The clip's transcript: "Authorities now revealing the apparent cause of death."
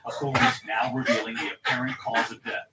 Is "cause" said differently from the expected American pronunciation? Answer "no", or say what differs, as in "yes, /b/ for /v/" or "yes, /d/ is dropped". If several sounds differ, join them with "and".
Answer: no